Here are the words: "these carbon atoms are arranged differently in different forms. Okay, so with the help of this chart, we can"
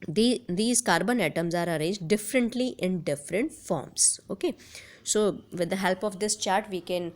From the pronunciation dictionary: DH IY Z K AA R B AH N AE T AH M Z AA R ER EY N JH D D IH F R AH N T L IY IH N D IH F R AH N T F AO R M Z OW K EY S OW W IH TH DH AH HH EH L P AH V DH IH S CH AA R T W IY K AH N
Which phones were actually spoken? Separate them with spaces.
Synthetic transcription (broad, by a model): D IY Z K AA R B AH N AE T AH M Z AA R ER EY JH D D IH F R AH N T L IY IH N D IH F R AH N T F AO R M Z OW K EY S OW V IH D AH HH EH L P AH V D IH S CH AA R T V IY K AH N